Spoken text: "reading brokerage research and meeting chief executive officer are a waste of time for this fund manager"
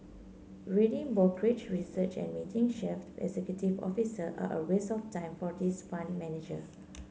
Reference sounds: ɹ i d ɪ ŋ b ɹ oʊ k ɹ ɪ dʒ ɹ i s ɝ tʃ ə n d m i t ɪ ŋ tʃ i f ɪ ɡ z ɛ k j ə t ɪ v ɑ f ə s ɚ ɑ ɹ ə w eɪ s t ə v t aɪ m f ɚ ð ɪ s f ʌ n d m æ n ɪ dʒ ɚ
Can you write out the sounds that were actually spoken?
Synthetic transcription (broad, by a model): ɹ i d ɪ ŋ b oʊ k ɹ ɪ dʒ ɹ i s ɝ tʃ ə n m i t ɪ ŋ ʃ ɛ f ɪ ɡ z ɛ k j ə t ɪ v ɑ f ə s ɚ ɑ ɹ ə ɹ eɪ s ə f t aɪ m f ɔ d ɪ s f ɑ n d m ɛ n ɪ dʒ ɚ